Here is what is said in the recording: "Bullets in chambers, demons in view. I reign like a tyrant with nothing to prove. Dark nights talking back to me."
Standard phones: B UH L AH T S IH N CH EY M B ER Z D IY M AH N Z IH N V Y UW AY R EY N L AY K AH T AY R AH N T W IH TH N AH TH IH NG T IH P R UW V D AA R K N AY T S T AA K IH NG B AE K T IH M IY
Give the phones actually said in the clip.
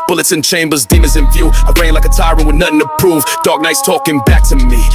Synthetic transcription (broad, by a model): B UH L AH T S IH N CH EY M B ER Z D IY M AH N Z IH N F Y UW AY R EY N L AY K AH T AY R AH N W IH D N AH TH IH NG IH P R UW V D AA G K N AY T S T AA K IH NG B AE K T IH M IY